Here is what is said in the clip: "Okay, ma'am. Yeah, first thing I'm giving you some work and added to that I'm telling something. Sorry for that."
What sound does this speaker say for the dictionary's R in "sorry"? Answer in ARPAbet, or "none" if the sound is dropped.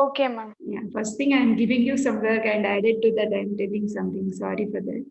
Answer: R